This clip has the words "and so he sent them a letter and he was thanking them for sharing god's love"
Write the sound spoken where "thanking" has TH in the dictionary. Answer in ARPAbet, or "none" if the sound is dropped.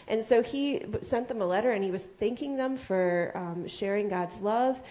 TH